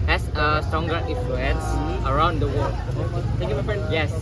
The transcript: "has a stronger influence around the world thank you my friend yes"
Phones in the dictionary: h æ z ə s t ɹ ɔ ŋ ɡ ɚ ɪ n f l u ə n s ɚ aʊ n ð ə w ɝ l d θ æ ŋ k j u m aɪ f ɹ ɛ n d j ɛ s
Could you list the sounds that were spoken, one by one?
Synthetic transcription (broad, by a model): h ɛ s ə s t ɹ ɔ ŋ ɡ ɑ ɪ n f l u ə n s ɚ aʊ n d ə w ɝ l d t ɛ k j u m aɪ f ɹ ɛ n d j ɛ s